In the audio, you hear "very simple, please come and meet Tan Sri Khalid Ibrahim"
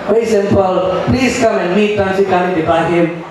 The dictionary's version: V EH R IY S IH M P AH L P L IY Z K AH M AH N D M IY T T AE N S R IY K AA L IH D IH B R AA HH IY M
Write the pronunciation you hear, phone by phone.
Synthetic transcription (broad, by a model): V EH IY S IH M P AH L P L IY Z K AH M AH N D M IY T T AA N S IY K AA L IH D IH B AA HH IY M